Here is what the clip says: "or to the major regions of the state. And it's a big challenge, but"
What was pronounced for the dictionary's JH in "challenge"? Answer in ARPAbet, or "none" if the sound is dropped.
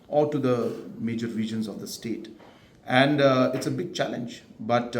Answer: JH